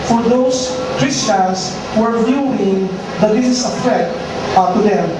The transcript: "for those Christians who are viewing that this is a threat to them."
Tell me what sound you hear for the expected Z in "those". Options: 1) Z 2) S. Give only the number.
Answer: 2